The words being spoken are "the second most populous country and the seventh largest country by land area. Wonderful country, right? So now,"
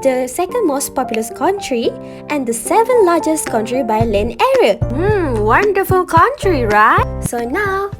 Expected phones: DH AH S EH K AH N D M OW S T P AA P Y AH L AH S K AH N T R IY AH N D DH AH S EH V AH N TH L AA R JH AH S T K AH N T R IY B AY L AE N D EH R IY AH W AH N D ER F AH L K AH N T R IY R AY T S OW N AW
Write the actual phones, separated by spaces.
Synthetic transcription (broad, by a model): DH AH S EH K AH N D M OW S T P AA P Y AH L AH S K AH N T R IY AH N D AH S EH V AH N L AA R JH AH S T K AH N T R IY B AY L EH N EH R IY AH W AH N D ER F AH L K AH N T R IY R AY T S OW N AW